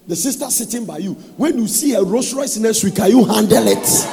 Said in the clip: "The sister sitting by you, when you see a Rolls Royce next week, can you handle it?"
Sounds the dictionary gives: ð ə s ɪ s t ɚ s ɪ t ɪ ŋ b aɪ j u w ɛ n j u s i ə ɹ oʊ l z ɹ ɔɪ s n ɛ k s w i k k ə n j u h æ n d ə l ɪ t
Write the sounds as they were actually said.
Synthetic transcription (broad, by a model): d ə s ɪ s t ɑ s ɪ t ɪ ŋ b aɪ j u w ɛ n j u s i ə ɹ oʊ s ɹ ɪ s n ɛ s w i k k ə j u h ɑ n d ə l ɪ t